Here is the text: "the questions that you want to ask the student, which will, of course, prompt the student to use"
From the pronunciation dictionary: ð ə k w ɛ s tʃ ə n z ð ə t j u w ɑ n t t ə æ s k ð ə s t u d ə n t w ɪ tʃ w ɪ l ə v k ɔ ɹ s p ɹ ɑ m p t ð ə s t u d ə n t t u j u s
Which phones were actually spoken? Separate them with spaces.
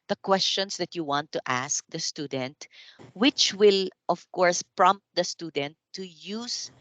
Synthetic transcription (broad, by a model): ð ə k w ɛ s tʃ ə n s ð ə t j u w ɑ n t t æ s k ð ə s t u d ə n t w ɪ tʃ w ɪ l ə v k ɔ ɹ s p ɹ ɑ m p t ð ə s t u d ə n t t u j u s